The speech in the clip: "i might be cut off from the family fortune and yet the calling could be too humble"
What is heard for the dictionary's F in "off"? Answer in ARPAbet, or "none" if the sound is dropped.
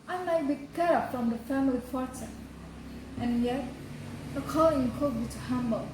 P